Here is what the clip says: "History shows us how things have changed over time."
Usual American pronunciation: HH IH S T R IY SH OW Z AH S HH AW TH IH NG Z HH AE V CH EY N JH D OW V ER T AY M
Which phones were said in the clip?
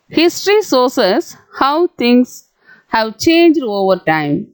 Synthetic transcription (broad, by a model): HH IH S T R IY S OW S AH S HH AW T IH NG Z HH AE V CH EY N JH D OW V ER T AY M